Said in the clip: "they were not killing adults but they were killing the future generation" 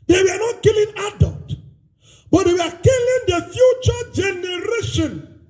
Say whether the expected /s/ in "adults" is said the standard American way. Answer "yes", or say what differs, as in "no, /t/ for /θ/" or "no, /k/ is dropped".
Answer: no, /s/ is dropped